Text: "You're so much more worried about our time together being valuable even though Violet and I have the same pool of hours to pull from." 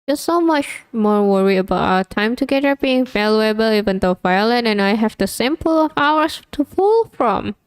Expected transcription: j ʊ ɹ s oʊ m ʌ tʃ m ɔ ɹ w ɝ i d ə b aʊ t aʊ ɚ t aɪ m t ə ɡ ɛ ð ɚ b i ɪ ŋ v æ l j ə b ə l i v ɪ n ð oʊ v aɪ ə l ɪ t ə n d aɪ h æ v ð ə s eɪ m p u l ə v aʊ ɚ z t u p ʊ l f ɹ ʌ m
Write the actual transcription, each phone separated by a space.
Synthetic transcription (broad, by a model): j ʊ s oʊ m ʌ tʃ m ɔ ɹ w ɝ i ə b aʊ t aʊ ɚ t aɪ m t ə ɡ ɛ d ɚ b i ɪ ŋ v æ l j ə b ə l i v ɪ n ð oʊ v aɪ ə l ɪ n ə n aɪ h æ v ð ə s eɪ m p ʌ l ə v aʊ ɚ s t u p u l f ɹ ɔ m